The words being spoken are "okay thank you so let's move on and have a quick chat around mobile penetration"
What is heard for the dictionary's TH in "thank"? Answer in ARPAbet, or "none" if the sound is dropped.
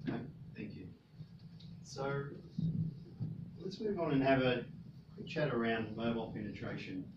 TH